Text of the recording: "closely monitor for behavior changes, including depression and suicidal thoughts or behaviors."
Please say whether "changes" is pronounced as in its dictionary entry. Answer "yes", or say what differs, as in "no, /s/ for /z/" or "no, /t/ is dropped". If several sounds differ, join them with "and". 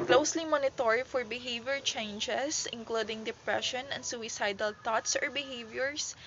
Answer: no, /s/ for /z/